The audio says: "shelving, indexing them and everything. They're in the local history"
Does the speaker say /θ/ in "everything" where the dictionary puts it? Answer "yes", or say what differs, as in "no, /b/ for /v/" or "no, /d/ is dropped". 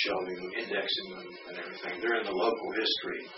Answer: yes